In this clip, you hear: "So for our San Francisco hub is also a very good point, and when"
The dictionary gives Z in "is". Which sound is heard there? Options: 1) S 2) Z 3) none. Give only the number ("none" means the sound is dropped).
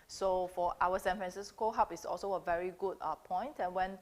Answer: 1